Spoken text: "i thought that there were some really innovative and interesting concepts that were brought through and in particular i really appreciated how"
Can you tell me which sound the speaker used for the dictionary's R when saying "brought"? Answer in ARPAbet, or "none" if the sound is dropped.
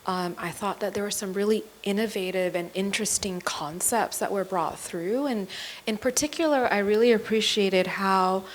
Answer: R